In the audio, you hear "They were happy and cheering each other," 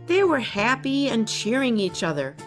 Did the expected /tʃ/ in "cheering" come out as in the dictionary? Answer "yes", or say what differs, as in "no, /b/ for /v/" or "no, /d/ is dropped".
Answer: yes